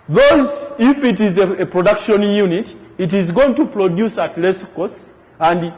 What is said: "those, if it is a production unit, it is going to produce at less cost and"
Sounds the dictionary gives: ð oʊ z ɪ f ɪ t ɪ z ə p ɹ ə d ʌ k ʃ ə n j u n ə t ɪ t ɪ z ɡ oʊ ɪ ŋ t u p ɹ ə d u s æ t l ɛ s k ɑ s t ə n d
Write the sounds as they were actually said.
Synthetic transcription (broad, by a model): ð oʊ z ɪ f ɪ t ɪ z ə p ɹ ə d ʌ k ʃ ə n j u n ə t ɪ t ɪ z ɡ oʊ ɪ ŋ t u p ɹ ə d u s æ t l ɛ s k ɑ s ə n d